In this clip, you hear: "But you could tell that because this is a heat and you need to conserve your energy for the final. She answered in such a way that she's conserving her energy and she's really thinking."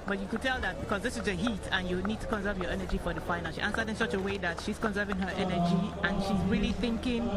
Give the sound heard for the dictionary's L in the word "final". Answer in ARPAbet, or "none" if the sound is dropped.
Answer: N